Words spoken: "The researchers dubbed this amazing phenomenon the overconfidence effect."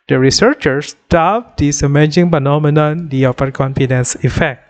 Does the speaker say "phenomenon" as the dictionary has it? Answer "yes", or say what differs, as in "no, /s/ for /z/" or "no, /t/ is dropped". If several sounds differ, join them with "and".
no, /p/ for /f/